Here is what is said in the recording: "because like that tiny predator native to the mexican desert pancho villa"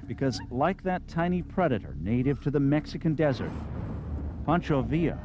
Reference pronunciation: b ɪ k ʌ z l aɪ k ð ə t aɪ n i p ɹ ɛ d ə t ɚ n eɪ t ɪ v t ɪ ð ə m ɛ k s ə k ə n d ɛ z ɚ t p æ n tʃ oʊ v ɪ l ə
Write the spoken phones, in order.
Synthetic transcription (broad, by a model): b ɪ k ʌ z l aɪ k ð ə t aɪ n i p ɹ ɛ d ə t ɚ n eɪ t ɪ v t ɪ ð ə m ɛ k s ə k ə n d ɛ z ɚ t p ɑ n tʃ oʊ v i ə